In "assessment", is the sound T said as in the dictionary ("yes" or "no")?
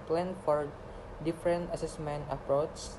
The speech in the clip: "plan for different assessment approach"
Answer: yes